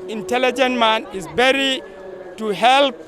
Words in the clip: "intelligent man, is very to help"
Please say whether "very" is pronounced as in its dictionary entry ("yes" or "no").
no